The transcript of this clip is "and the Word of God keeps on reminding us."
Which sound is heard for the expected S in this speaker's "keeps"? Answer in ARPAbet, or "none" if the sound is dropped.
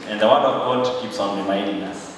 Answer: S